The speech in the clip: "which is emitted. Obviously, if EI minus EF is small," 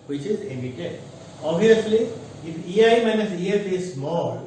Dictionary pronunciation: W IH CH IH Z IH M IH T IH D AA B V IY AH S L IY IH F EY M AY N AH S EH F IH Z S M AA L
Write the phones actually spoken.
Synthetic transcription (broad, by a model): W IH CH IH Z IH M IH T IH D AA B IY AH S L IY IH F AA M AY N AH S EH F IH Z S M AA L